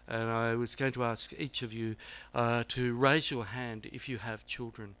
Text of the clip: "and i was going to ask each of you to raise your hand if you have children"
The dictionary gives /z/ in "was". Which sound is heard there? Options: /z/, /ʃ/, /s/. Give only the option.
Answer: /z/